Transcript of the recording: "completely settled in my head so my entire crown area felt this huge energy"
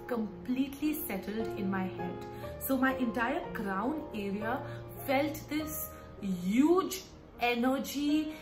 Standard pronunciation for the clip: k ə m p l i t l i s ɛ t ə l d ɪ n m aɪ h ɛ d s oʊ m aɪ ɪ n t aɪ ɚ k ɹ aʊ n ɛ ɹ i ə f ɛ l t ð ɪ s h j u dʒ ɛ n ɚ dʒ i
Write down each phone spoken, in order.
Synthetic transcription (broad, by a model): k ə m p l i t l i s ɛ t ə l d ɪ n m aɪ h ɛ d s oʊ m aɪ ɪ n t aɪ ɚ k ɹ aʊ n ɛ ɹ i ə f ɛ l t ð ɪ s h j u dʒ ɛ n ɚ dʒ i